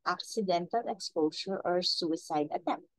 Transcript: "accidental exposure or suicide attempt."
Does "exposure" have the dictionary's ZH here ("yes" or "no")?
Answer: no